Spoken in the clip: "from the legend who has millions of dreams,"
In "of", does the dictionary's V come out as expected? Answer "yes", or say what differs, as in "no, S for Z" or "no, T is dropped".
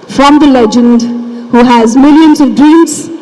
yes